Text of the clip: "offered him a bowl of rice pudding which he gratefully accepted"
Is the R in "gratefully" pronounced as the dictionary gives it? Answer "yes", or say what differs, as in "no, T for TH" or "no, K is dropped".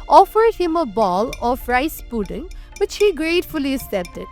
yes